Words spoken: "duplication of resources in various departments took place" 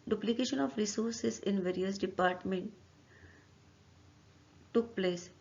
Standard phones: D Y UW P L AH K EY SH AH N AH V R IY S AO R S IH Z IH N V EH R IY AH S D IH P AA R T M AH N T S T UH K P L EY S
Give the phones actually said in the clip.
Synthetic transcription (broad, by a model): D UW P L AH K EY SH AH N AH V R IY S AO R S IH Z IH N V EH R IY AH S D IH P AA R T M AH N T T UH K P L EY S